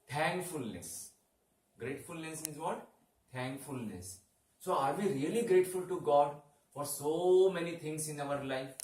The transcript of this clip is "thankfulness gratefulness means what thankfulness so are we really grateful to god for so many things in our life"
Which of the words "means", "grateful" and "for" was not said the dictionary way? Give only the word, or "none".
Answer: means